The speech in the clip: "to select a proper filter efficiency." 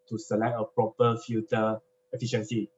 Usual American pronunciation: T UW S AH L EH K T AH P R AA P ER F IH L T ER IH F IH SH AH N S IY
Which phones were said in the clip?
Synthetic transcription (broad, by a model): T UW S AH L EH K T AH P R AA P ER F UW T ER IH F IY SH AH N S IY